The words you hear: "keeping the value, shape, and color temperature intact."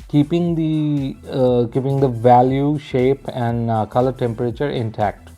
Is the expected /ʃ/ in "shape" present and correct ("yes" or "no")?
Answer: yes